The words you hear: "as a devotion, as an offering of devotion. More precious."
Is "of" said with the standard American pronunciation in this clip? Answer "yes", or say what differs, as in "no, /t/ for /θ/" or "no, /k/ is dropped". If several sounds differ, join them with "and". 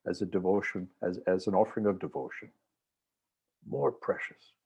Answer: yes